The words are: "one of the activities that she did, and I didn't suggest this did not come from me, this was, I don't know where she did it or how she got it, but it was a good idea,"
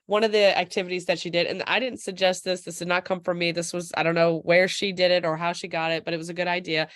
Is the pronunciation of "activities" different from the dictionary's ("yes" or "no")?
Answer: no